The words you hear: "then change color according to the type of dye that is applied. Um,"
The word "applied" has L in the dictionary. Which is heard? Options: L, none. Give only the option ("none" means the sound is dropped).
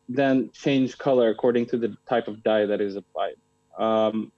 none